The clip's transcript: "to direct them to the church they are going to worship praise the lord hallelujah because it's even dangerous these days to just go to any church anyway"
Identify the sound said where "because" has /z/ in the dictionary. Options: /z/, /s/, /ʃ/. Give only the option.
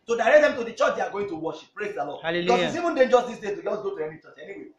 /s/